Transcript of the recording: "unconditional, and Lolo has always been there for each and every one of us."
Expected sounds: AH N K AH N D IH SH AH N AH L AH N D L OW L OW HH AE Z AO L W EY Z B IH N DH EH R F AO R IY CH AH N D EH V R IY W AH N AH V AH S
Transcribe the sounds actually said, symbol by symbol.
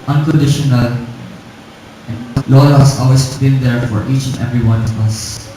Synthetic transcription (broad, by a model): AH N K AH N D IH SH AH N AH L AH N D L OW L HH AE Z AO L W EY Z B IH N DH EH R F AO R IY CH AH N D EH V R IY W AH N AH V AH S